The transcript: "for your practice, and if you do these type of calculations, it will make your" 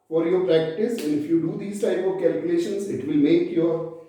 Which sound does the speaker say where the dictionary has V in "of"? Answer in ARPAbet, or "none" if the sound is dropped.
V